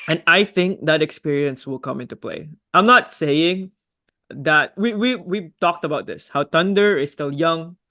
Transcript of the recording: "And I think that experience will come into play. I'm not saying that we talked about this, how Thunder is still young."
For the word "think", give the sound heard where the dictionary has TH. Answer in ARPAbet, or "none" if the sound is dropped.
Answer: TH